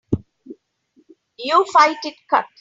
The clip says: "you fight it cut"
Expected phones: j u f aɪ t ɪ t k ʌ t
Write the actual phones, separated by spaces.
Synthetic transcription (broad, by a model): j u f aɪ t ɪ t k ʌ t